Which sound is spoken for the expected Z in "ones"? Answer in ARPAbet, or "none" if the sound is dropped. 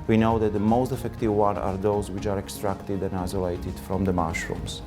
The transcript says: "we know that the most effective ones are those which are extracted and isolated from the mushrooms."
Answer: none